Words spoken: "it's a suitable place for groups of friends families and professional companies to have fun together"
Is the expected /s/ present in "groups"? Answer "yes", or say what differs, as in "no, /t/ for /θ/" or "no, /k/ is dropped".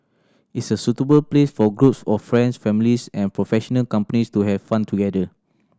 yes